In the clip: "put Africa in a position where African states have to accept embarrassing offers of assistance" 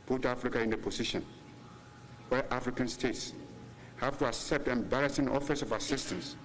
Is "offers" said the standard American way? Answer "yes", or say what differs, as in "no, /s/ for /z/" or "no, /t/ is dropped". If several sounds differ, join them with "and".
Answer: no, /s/ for /z/